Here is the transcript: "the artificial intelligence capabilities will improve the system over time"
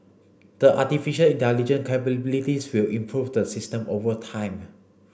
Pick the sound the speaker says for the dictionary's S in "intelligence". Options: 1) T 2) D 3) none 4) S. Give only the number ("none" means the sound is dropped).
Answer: 3